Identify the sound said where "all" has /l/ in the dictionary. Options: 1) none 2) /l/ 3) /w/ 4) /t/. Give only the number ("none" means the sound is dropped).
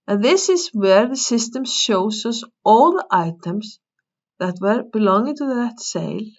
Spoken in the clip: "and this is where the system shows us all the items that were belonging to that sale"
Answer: 3